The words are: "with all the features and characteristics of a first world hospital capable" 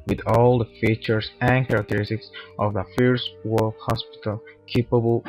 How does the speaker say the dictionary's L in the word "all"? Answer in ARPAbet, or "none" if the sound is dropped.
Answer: L